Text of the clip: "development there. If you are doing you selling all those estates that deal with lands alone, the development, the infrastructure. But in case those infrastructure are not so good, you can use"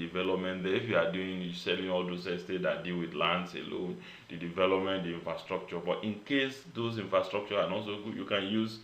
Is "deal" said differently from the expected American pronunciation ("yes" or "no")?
no